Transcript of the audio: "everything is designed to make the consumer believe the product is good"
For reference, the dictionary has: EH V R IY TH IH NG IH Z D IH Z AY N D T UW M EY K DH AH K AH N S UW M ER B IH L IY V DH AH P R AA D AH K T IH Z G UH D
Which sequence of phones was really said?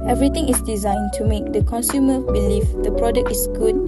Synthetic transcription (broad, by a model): EH V R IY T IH NG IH S D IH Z AY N T UW M EY K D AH K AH N S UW M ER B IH L IY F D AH P R AA D AH K T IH S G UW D